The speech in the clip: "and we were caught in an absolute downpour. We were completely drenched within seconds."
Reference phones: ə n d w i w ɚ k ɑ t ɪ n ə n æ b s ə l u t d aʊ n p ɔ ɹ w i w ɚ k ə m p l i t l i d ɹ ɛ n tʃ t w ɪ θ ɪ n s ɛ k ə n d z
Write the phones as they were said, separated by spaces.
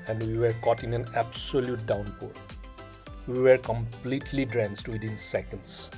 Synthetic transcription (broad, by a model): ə n d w i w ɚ k ɑ t ɪ n ə n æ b s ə l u t d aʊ n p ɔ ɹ w i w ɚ k ə m p l i t l i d ɹ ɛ n s t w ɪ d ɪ n s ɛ k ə n d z